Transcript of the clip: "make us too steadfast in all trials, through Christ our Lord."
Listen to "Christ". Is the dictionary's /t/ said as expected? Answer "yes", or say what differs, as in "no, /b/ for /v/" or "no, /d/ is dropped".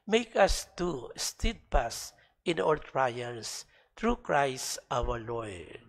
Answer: yes